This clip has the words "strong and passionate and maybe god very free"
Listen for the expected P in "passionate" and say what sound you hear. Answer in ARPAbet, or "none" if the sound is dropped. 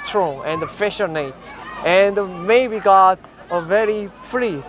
F